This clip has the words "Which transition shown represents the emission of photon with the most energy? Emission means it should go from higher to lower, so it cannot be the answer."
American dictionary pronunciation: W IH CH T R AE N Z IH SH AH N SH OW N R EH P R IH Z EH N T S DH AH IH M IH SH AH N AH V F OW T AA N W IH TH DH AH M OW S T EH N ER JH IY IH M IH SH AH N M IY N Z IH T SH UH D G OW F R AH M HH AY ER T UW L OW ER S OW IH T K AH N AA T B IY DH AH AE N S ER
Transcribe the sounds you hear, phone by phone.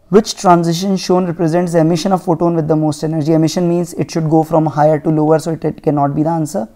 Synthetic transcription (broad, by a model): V IH CH T R AE N Z IH SH AH N SH OW N R EH P R IH Z EH N T S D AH IH M IH SH AH N AH V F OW T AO N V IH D AH M OW S T EH N ER JH IY IH M IH SH AH N M IY N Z IH T SH UH D G OW F R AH M HH AY ER T UW L OW ER S OW IH T K AH N AA T B IY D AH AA N S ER